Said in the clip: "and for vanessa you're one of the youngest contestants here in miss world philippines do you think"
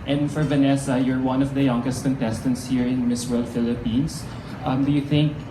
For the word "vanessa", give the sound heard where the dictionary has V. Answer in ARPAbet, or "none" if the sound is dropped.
V